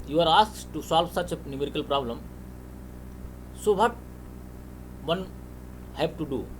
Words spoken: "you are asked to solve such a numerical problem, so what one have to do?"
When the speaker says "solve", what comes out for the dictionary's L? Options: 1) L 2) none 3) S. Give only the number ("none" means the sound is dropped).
1